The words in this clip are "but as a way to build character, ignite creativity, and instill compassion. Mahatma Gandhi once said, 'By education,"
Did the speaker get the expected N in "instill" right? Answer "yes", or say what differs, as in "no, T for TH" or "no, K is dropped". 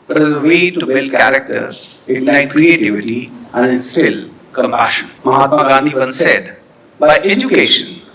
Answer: no, N is dropped